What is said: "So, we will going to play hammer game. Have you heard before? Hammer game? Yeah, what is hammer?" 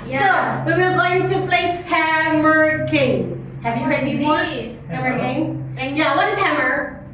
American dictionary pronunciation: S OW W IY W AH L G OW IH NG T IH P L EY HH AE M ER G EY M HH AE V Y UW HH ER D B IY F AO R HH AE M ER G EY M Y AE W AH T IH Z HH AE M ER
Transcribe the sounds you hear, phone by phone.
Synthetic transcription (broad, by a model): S OW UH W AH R G OW IH NG T IH P L EY HH AE M ER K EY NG HH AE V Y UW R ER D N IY AO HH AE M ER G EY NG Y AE W AH T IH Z HH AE M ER